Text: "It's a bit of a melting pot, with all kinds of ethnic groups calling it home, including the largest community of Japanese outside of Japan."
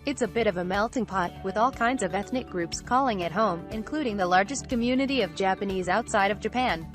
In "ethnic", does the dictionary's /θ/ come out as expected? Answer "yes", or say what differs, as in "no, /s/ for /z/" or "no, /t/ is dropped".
yes